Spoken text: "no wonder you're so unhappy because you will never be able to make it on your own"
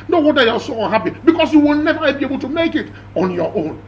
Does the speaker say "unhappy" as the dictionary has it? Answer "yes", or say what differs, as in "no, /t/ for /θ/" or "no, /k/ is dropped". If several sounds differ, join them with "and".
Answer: no, /n/ is dropped